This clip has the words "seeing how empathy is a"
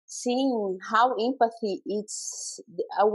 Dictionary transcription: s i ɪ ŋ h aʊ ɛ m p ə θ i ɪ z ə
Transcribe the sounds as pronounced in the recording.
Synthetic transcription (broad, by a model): s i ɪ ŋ h aʊ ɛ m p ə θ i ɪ s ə